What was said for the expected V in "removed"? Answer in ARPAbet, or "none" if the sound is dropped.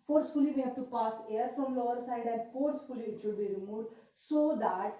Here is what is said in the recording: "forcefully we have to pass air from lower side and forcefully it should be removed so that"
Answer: none